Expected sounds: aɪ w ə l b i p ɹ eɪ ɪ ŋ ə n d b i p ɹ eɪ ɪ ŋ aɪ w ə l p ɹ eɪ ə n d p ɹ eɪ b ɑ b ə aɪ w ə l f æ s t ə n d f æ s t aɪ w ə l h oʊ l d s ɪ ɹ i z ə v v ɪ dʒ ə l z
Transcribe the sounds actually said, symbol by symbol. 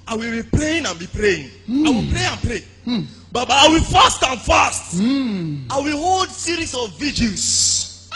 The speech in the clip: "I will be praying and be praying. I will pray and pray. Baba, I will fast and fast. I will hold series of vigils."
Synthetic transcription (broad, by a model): aɪ w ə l b i p ɹ eɪ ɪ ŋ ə n b i p ɹ eɪ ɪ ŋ aɪ w ə l p ɹ eɪ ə n p ɹ eɪ b ɑ b ə aɪ w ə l f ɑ s t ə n f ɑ s t aɪ w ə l h oʊ l d s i ɹ i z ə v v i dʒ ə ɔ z